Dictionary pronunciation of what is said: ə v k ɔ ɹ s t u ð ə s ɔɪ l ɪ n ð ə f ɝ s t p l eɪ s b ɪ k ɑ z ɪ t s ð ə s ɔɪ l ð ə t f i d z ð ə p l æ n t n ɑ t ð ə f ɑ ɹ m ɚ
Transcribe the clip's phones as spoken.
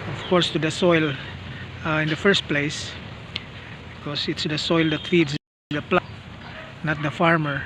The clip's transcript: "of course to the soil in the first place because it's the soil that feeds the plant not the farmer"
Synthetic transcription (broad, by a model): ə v k ɔ ɹ s t u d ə s ɔɪ l ɪ n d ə f ɝ s t p l eɪ s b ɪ k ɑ s ɪ t s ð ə s ɔɪ l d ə t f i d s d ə p l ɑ t n ɑ t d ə f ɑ ɹ m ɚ